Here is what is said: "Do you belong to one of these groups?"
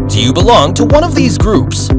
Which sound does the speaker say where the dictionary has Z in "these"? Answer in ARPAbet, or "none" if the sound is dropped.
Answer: Z